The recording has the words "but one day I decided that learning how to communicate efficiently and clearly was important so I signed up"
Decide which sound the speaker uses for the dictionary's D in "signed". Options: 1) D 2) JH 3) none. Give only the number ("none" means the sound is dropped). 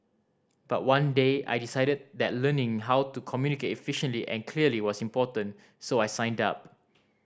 1